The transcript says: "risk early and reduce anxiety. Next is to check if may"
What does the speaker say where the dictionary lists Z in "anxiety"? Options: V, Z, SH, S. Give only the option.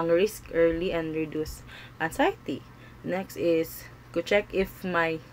S